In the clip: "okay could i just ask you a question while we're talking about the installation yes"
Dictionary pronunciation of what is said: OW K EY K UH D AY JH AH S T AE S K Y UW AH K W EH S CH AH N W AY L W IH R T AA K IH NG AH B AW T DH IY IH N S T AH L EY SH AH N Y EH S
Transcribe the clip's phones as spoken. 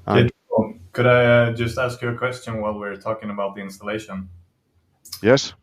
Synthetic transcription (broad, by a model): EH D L K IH D AY JH AH S T AE S K Y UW AH K W EH S CH AH N W AY L W IH R T AA K IH NG AH B AW T DH IY IH N S T AH L EY SH AH N Y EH S